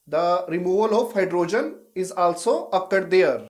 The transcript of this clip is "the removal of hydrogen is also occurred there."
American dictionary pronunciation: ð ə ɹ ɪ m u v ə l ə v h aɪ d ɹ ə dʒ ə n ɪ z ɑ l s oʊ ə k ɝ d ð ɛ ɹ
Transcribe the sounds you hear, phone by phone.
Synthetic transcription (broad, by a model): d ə ɹ ɪ m u v ə l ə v h aɪ d ɹ ə dʒ ə n ɪ z ɑ l s oʊ ə k ɝ d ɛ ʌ ɹ